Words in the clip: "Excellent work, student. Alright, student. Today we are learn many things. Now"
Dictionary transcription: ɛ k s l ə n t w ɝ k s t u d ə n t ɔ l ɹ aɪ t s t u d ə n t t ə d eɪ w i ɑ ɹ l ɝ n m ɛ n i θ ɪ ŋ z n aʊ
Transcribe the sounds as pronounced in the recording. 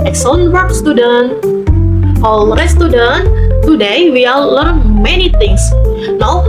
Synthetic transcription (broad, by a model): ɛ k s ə n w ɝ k s t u d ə n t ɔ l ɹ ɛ s t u d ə n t t ə d eɪ w i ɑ l l ɝ n m ɛ n i t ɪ ŋ s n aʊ